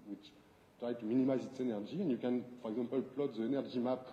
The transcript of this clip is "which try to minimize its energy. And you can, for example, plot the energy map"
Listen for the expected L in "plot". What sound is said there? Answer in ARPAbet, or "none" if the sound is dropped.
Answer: L